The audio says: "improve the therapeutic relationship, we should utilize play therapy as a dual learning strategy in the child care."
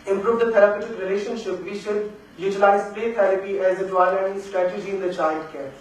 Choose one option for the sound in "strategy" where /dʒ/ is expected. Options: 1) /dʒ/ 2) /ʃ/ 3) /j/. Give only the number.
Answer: 1